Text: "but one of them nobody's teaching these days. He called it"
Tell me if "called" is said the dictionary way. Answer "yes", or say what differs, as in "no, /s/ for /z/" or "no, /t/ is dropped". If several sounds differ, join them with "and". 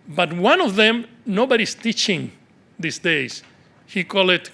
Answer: no, /d/ is dropped